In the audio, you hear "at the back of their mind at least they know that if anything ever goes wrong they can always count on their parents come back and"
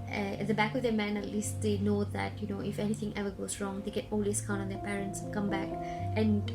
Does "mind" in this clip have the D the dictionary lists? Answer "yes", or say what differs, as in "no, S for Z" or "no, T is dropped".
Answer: no, D is dropped